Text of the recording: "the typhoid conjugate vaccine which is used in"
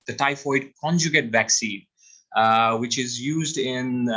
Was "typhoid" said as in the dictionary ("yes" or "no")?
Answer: yes